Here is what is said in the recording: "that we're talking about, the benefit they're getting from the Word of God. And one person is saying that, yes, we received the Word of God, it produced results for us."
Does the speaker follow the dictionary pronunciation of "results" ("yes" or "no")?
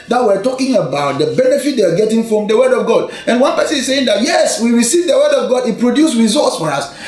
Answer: no